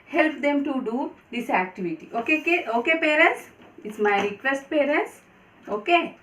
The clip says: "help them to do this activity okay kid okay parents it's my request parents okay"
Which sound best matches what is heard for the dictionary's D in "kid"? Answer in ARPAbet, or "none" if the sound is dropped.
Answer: none